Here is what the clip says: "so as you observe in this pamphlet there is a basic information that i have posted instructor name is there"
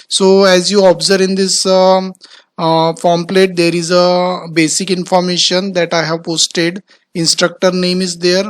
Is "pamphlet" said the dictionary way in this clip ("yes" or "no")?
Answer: no